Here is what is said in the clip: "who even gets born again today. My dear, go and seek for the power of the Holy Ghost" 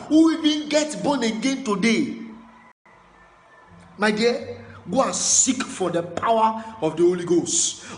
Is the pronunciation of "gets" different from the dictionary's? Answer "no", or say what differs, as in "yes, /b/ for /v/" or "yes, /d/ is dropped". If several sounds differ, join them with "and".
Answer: yes, /s/ is dropped